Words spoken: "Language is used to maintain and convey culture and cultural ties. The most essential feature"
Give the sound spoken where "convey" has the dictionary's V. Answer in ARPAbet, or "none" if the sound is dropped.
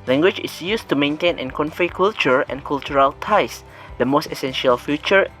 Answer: F